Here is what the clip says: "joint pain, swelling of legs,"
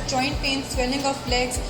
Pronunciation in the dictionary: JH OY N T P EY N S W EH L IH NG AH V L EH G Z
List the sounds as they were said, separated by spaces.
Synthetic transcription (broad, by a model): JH OY N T P EY N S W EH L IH NG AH B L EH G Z